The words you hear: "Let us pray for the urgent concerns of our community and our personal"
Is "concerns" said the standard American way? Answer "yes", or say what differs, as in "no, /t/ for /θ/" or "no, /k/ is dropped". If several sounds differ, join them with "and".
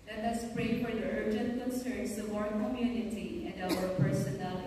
no, /s/ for /z/